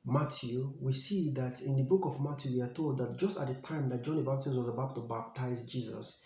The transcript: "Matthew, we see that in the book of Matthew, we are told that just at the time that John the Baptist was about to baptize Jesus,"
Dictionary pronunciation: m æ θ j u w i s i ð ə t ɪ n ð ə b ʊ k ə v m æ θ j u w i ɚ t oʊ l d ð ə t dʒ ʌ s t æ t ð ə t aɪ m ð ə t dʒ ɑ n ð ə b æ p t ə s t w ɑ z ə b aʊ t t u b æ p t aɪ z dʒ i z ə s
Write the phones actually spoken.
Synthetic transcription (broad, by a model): m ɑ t j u w i s i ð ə t ɪ n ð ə b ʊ k ə v m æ t j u w i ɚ t oʊ l d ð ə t dʒ ʌ s t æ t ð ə t aɪ m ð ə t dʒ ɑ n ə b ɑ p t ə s w ɑ z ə b aʊ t t u b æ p t aɪ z dʒ i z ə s